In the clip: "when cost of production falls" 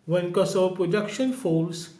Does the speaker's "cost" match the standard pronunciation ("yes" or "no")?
no